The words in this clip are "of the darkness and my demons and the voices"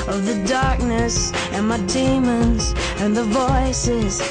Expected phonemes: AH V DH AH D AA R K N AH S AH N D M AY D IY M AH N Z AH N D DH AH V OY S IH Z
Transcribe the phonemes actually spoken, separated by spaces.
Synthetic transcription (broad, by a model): AH V DH AH D AA R K N AH S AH N M AY D IY M AH N Z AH N DH AH V OY S IH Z